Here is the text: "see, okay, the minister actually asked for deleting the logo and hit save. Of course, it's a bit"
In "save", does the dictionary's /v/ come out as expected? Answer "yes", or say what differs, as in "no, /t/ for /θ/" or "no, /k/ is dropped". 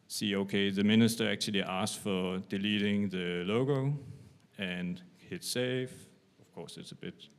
no, /f/ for /v/